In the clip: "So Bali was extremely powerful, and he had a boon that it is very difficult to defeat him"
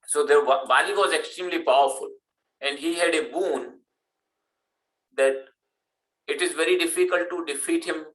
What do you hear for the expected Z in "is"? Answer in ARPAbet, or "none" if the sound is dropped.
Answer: Z